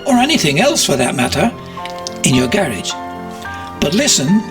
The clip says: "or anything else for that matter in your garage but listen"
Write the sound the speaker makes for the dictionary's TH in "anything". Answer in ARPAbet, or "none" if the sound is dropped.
TH